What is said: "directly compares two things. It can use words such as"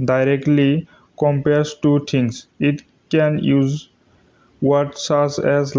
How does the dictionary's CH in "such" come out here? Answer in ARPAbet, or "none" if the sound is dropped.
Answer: S